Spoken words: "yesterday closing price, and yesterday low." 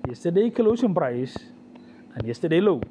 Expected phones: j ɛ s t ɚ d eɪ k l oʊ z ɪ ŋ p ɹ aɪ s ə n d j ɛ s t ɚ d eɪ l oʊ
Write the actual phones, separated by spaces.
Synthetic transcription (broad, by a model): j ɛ s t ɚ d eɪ k l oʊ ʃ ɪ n p ɹ aɪ s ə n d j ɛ s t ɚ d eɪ l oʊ